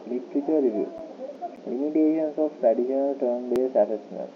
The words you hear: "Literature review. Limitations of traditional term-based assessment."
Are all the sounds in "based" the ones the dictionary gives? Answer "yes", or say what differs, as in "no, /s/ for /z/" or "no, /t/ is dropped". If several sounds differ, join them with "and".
no, /t/ is dropped